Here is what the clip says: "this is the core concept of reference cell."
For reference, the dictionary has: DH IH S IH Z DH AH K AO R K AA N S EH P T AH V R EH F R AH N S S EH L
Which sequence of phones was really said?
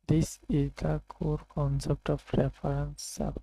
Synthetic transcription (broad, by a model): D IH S IH Z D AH K AO R K AA N S EH P T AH P R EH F R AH N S S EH